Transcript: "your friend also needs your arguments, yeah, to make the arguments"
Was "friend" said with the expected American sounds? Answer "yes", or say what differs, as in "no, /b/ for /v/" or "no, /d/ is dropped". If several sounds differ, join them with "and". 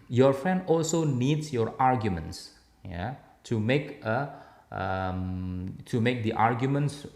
yes